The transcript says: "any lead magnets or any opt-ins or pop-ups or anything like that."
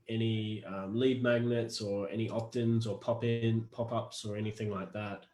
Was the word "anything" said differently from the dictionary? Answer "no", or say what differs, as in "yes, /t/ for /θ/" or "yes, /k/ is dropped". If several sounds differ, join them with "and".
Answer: no